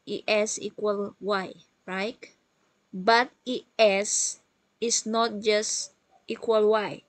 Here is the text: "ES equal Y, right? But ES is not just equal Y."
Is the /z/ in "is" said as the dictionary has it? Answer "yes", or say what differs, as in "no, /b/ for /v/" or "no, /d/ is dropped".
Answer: no, /s/ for /z/